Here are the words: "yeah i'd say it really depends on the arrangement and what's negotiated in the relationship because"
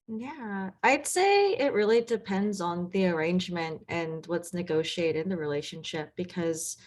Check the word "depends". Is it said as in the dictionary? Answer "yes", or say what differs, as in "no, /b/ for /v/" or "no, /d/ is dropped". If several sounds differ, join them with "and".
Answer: yes